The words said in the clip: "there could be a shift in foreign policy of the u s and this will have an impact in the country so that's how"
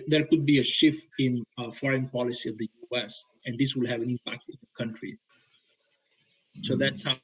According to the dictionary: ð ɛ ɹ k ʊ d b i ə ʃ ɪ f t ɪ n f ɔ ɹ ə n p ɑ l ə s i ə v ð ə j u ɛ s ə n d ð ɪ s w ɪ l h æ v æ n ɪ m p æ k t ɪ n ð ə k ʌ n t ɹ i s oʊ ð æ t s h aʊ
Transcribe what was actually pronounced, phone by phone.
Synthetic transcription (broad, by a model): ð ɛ ɹ k ʊ d b i ə ʃ ɪ f t ɪ n f ɔ ɹ ə n p ɑ l ə s i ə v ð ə j u ɛ s ə n d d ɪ s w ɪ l h æ v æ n ɪ m p æ k t ɪ n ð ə k ʌ n t ɹ i s oʊ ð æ t s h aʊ